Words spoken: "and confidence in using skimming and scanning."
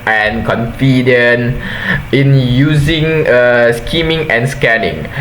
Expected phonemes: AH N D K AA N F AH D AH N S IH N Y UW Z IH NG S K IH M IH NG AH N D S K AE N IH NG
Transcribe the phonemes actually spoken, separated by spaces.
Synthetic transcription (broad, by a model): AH N K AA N F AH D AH N IH N Y UW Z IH NG S K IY M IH NG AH N S K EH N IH NG